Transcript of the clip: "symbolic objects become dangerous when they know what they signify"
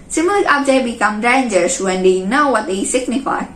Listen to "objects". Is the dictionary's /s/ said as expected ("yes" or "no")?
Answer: no